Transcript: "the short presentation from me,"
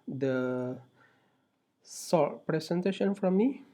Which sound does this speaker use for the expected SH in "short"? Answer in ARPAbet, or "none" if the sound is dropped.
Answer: S